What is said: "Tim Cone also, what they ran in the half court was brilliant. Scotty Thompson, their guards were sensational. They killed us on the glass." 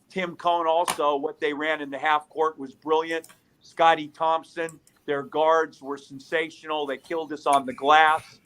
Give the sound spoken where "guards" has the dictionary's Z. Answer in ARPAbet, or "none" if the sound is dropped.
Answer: Z